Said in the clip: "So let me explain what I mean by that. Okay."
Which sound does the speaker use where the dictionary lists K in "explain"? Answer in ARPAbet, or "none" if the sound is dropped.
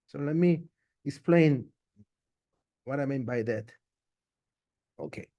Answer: K